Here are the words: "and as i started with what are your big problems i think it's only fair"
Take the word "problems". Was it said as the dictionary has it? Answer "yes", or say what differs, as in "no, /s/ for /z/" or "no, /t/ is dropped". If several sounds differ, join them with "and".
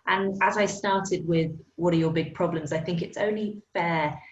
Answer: yes